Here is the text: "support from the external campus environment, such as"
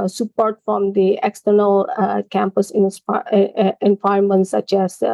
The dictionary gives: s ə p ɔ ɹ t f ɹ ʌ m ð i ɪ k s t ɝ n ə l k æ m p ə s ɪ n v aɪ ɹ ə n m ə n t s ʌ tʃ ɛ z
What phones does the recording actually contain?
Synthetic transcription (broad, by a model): s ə p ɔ ɹ t f ɹ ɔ m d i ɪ k s t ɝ n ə l k æ m p ə s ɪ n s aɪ ə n m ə n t s ʌ tʃ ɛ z